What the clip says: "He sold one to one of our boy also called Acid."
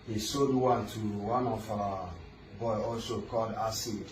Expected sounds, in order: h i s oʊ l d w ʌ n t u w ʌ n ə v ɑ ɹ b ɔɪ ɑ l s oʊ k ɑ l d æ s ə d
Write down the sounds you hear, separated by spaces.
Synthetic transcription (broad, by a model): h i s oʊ d w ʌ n t u w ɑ n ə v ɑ b ɔɪ ɑ l s oʊ k ɑ l d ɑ s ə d